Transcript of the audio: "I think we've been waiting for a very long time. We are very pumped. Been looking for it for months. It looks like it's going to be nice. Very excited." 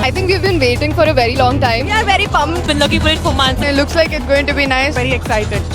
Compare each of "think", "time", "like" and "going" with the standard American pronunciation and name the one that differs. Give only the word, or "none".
think